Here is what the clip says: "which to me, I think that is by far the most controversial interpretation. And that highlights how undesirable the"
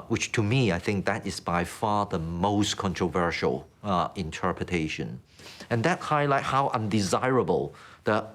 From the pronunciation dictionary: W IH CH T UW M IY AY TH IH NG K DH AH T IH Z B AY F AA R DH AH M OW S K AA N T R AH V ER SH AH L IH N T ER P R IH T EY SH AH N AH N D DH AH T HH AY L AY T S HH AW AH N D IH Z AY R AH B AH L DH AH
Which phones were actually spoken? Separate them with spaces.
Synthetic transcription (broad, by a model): W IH CH T UW M IY AY TH IH NG K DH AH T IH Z B AY F AA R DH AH M OW S K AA N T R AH V ER SH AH L IH N T ER P R IH T EY SH AH N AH N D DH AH T HH AY L AY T HH AW AH N D IH Z AY R AH B AH L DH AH